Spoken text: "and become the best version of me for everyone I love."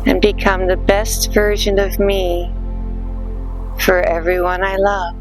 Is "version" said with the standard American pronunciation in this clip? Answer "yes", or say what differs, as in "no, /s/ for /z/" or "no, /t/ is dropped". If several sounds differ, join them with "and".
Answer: yes